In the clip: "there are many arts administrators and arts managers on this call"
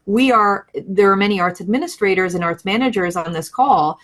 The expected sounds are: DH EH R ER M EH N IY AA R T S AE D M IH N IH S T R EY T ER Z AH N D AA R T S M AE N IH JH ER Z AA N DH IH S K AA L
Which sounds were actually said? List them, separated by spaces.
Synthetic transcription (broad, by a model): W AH R ER M EH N IY AA R T S AE D M IH N IH S T R EY T ER Z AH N AA R T S M AE N IH JH ER Z N DH IH S K AA L